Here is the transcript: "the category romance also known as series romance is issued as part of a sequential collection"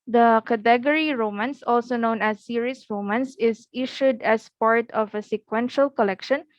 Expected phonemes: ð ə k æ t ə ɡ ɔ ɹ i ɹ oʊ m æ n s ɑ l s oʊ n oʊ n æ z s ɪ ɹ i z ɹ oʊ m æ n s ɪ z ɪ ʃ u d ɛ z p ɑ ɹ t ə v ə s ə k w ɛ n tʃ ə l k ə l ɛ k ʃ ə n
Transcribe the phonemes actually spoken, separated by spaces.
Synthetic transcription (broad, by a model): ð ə k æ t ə ɡ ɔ ɹ i ɹ oʊ m æ n s ɑ l s oʊ n oʊ n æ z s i ɹ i s ɹ oʊ m æ n s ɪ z ɪ ʃ u d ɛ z p ɑ ɹ t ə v ə s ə k w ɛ n ʃ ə l k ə l ɛ k ʃ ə n